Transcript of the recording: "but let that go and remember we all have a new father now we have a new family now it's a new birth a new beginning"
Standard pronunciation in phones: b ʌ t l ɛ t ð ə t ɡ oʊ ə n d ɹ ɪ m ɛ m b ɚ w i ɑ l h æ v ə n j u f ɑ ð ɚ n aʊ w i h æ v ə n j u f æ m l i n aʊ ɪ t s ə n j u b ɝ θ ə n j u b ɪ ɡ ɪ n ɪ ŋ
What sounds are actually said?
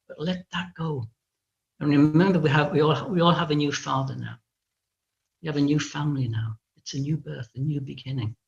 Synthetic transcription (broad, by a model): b ʌ t l ɛ t ð ə t ɡ oʊ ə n ɹ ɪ m ɛ m b ɚ w i ɑ l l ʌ v ə n j u f ɑ ð ɚ n aʊ w i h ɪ v ə n j u f æ m l i n aʊ ɪ t s ə n j u b ɝ θ ə n j u b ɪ ɡ ɪ n ɪ ŋ